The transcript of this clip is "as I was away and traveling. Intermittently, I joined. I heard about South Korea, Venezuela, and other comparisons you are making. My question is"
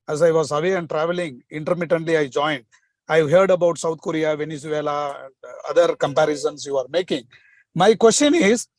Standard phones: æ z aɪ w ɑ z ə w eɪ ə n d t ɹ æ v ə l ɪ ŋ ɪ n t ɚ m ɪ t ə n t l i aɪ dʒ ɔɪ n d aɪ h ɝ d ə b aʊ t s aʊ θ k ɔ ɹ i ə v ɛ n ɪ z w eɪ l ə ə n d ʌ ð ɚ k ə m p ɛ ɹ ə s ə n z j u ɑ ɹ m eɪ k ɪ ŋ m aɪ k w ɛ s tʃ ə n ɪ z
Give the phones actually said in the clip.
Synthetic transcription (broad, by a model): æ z aɪ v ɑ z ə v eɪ ə n d t ɹ æ v ə l ɪ ŋ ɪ n t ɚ m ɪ t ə n t l i aɪ dʒ ɔɪ n d aɪ h ɝ d ə b aʊ t s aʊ t k ɔ ɹ i ə v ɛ n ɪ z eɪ l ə ə n d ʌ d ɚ k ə m p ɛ ɹ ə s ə n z j u ɑ ɹ m eɪ k ɪ ŋ m aɪ k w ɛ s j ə n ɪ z